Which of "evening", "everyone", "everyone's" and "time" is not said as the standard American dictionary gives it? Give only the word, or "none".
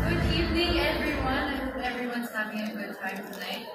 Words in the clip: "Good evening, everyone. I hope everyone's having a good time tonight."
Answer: evening